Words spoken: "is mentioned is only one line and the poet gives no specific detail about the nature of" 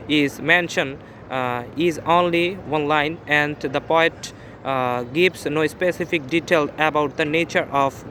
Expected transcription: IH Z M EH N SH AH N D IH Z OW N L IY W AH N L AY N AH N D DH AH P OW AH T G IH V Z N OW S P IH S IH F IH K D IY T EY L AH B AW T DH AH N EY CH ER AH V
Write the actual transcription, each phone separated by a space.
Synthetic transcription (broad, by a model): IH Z M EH N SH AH N IH Z OW N L IY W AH N L AY N AH N D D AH P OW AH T G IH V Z N OW S P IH S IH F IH K D IY T EY L AH B AW T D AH N EY CH ER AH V